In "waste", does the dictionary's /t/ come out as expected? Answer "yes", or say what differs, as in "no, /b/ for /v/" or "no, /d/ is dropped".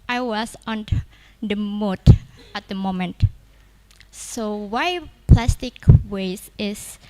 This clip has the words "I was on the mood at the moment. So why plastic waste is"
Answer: no, /t/ is dropped